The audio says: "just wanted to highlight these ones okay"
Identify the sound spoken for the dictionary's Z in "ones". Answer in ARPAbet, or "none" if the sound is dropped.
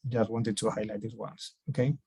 S